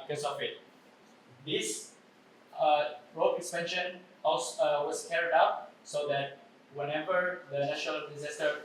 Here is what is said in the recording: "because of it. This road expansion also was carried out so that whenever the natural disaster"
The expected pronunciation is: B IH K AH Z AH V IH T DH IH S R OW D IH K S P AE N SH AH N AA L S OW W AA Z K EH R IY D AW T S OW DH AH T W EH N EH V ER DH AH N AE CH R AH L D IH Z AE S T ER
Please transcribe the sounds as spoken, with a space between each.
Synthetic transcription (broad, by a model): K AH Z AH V IH T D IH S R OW IH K S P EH N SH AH N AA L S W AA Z K EH R IY D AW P S OW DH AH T W EH N EH V ER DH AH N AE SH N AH L D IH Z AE S T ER